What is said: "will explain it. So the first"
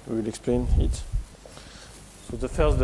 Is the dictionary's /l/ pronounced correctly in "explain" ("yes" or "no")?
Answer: yes